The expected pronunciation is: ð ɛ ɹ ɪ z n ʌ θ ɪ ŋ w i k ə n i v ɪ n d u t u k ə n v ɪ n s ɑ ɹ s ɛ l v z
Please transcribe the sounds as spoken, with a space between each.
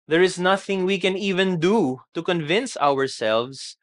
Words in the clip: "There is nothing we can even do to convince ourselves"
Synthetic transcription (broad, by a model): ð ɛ ɹ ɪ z n ʌ θ ɪ ŋ w i k ə n i v ɪ n d u t u k ə n v ɪ n s ɑ ɹ s ɛ l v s